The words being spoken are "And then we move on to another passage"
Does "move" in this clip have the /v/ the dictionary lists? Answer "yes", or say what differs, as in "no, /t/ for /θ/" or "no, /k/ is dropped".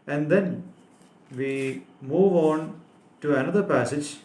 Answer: yes